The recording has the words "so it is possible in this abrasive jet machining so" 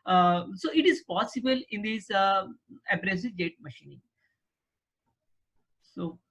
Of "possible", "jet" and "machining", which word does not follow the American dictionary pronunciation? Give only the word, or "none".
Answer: none